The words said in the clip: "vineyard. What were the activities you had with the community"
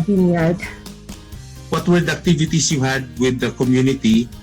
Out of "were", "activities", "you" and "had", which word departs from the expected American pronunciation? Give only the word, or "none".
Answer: activities